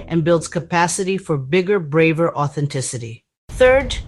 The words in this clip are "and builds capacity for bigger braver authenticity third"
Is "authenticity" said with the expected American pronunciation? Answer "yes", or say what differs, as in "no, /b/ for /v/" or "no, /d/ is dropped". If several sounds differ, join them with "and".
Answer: yes